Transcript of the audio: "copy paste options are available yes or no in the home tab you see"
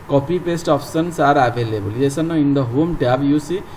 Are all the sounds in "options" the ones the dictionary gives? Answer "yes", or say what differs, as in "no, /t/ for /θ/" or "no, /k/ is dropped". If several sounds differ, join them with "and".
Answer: no, /s/ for /ʃ/ and /s/ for /z/